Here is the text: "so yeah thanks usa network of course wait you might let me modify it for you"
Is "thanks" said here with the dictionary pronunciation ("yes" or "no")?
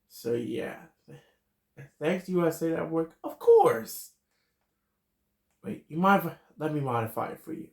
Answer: yes